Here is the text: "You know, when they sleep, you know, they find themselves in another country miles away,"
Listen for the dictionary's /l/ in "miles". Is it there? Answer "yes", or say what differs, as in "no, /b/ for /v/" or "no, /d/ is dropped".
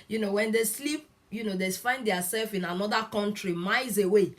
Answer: no, /l/ is dropped